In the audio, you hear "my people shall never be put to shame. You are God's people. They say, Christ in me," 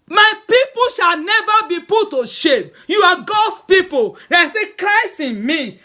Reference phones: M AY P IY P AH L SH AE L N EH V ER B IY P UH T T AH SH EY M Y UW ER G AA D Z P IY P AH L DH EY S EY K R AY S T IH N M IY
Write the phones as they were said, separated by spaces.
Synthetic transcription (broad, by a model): M AY P IY P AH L SH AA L N EH V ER B IY P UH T T AH SH EY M Y UW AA G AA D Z P IY P AH L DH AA S EY K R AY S IH N M IY